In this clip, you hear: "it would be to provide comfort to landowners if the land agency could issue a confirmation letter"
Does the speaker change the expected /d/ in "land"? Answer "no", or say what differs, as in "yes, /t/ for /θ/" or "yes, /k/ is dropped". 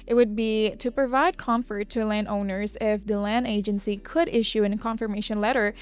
no